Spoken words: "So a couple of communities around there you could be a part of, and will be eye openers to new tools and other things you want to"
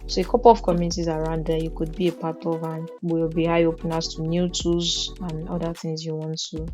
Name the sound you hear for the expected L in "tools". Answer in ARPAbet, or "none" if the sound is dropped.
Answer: none